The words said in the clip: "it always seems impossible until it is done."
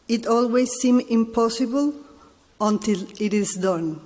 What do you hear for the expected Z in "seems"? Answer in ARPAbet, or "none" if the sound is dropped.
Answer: none